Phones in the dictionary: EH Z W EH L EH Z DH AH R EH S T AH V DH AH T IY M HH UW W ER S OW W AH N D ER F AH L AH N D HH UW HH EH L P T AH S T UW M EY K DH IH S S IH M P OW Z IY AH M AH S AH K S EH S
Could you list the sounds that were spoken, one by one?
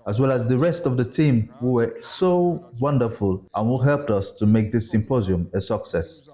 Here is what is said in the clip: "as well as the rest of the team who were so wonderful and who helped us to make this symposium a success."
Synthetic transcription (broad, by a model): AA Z W EH L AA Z DH AH R EH S T AH V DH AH T IY M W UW W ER S OW W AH N D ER F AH L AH N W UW HH EH L P T AH S T UW M EY K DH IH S S IH M P OW Z IY AH M AH S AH K S EH S